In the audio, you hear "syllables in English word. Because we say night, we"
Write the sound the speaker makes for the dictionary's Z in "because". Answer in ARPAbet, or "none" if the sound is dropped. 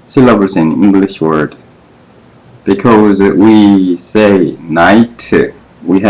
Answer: Z